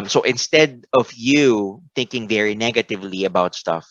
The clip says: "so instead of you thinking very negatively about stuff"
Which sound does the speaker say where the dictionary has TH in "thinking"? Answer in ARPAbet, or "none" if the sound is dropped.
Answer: TH